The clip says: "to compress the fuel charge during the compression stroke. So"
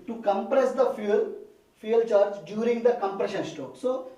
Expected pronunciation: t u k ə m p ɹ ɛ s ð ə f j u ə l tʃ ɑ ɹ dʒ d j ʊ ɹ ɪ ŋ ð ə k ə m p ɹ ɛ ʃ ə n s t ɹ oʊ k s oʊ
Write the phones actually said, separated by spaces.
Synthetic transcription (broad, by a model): t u k ə m p ɹ ɛ s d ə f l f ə l tʃ ɑ ɹ dʒ d j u ɹ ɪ ŋ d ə k ə m p ɹ ɛ ʃ ə n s t oʊ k s oʊ